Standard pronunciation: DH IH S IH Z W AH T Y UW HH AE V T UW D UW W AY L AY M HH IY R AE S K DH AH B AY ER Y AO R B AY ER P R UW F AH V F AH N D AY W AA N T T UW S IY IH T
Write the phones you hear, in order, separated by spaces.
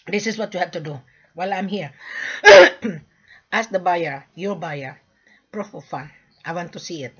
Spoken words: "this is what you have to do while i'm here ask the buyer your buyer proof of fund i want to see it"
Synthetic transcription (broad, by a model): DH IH S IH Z W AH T Y UW HH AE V T UW D UW W AY L AY M HH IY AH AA S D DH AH B AY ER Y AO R B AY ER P R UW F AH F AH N AY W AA N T T UW S IY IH T